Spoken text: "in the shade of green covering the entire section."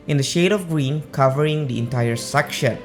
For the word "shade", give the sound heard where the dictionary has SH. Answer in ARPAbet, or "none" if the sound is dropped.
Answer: SH